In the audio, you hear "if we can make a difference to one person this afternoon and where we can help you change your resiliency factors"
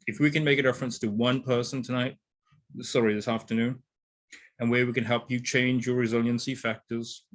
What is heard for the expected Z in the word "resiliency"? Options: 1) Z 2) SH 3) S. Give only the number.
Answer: 1